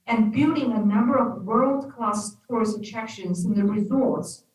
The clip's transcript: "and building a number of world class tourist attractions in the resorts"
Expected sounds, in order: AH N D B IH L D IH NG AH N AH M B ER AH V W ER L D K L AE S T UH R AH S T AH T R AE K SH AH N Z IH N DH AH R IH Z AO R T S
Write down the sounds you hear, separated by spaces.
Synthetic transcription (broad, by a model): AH N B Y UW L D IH NG AH N AH M B ER AH V W ER L D K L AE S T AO R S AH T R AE K SH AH N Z IH N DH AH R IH Z AO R T S